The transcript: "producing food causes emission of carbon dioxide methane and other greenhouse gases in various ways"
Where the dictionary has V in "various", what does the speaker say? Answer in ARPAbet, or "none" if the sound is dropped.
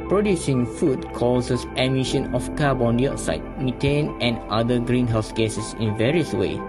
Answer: V